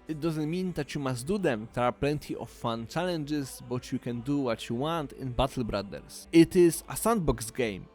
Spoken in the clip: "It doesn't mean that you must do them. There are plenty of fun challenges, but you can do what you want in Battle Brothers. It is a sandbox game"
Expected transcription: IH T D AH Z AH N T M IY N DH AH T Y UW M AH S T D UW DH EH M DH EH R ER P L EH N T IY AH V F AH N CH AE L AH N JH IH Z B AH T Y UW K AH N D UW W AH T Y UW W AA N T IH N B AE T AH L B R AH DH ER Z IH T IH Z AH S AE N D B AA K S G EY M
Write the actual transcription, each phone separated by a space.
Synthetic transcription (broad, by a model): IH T D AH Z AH N T M IY N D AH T Y UW M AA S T D UW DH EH M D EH R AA P L EH N T IY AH F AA N CH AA L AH N JH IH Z B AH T Y UW K AH N D UW W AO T Y UW W AA N T IH N B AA T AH L B R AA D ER S IH T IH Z AH S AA N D B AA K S G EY M